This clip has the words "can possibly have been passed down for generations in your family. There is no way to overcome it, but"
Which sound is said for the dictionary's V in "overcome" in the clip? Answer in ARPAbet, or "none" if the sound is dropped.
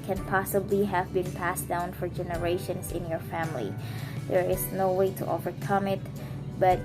V